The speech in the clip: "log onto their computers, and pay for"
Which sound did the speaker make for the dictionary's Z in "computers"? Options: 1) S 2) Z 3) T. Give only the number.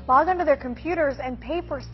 2